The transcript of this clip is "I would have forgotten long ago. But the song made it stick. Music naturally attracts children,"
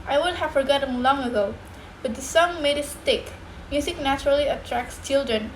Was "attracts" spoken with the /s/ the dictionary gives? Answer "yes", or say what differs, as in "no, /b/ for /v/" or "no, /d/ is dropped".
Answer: yes